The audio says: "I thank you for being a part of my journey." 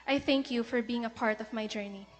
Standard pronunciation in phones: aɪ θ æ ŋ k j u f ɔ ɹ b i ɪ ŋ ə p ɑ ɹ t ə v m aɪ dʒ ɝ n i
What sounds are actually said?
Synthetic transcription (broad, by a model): aɪ θ æ ŋ k j u f ɔ ɹ b i ɪ ŋ ə p ɑ ɹ t ə v m aɪ dʒ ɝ n i